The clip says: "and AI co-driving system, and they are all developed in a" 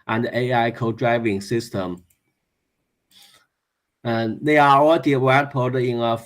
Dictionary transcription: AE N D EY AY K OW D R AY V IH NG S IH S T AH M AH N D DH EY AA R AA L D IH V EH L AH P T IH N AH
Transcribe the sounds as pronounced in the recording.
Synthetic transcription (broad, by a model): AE N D EY AY K OW D R AY V IH NG S IH S T AH M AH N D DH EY AA R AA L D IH W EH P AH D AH IH N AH